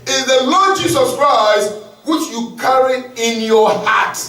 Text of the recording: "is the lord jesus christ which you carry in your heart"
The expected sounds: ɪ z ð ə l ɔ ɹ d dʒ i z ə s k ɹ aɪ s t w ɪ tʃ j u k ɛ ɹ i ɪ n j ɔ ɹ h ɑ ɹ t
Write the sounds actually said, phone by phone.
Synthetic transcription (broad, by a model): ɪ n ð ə l ɔ d dʒ i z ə s k ɹ aɪ s t w ɪ tʃ j u k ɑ ɹ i ɪ n j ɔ h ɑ t